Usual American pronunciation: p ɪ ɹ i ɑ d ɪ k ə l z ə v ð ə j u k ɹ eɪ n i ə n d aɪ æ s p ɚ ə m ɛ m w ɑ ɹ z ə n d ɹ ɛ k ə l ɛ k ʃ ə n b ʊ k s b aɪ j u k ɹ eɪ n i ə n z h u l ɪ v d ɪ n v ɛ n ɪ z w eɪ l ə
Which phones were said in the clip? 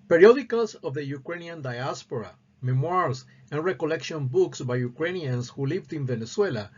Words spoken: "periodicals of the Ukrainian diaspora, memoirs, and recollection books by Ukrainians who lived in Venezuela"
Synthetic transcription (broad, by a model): p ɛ ɹ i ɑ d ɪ k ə l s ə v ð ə j u k ɹ eɪ n i ə n d aɪ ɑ s p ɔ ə m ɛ m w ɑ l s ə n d ɹ ɛ k ə l ɛ k ʃ ə n b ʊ k s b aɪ j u k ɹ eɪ n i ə n s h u l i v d ɪ n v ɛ n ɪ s w eɪ l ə